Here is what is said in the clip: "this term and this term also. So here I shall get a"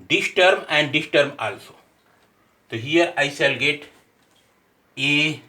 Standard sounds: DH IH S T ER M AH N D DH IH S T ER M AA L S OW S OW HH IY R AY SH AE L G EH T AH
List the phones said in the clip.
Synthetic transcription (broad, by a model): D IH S T ER M AH N D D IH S T ER M AA L S OW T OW HH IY R AY S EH L G EH T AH